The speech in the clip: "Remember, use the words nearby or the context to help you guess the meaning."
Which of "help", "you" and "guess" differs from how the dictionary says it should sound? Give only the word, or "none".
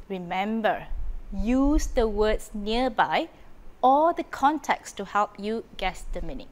none